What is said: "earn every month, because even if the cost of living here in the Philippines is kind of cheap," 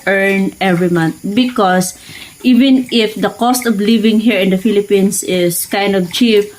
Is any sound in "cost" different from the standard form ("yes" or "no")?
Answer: no